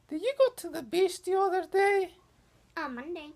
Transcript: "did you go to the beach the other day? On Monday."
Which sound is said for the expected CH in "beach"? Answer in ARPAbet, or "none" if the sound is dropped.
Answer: S